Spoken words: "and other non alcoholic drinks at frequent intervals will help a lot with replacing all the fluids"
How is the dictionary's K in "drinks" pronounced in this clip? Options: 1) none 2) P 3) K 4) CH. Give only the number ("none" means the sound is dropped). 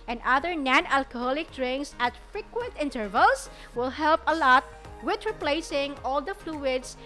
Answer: 1